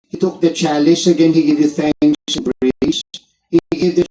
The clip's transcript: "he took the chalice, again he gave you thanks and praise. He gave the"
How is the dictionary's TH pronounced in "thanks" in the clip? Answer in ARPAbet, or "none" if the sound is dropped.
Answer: F